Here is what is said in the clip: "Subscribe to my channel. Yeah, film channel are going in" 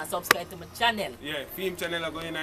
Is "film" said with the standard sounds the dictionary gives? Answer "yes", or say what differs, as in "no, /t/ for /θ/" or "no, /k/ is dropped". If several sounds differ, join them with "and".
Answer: no, /l/ is dropped